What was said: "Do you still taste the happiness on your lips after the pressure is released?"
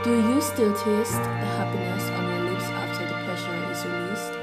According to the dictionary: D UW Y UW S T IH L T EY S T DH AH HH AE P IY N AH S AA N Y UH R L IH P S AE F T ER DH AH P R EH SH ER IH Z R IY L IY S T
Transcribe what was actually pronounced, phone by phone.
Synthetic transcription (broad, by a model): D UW Y UW S T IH L T EY S T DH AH HH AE P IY N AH S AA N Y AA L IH S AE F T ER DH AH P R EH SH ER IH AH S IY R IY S